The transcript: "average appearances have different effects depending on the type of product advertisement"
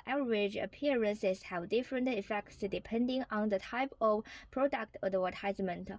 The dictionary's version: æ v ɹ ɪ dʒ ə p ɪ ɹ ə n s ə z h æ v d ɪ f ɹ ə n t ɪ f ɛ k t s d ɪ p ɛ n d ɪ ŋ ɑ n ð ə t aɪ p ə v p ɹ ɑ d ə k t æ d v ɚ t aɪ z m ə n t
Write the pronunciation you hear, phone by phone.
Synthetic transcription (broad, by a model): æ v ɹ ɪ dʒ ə p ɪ ɹ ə n s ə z h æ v d ɪ f ɹ ə n t ɪ f ɛ k t s d ɪ p ɛ n d ɪ ŋ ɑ n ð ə t aɪ p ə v p ɹ ɑ d ə k t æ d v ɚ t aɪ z m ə n t